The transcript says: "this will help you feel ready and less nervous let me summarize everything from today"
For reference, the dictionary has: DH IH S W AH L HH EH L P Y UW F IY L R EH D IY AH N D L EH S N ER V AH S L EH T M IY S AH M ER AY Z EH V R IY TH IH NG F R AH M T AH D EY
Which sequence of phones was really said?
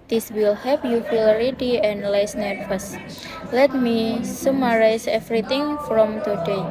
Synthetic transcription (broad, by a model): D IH S W AH L HH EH P Y UW F IY L R EH D IY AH N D L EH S N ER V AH S L EH T M IY S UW M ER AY S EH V R IY T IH NG F R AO M T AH D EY